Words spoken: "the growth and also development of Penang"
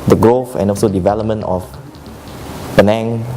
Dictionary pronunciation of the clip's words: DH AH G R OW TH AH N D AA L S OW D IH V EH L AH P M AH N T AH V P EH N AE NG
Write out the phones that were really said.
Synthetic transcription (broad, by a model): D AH G R OW F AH N AA L S OW D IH V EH L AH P M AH N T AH F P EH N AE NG